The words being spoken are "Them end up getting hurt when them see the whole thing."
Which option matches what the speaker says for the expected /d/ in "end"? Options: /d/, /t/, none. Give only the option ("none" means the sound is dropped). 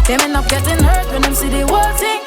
none